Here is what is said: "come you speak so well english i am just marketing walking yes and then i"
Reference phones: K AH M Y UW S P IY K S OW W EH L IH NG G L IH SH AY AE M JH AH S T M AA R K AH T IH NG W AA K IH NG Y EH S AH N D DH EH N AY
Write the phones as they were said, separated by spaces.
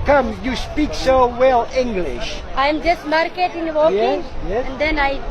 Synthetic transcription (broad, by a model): K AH M Y UW S P IY K S OW W EH L IH NG G L IH SH AY M JH AH S T M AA R K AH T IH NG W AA IH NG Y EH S AH N D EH N AY